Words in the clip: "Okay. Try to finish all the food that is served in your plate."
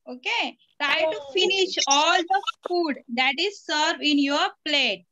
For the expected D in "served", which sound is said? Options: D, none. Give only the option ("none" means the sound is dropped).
none